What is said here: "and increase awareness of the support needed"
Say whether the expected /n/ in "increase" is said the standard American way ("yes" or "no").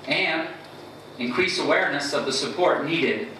yes